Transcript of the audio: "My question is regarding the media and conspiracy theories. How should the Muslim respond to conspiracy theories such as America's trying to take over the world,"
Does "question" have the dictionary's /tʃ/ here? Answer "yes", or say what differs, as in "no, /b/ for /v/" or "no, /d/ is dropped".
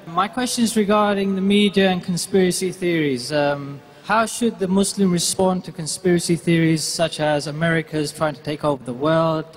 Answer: yes